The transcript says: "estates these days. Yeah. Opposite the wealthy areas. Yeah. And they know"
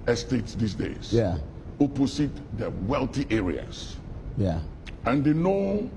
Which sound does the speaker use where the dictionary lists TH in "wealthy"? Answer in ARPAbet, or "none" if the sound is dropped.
T